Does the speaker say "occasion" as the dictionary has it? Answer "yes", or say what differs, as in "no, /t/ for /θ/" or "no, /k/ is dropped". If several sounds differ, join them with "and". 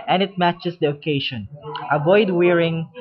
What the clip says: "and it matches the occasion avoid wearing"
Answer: no, /ʃ/ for /ʒ/